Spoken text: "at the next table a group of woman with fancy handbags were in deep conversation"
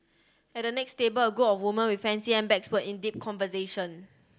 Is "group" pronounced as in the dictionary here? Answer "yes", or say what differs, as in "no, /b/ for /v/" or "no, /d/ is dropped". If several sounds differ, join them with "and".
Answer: no, /ɹ/ is dropped and /p/ is dropped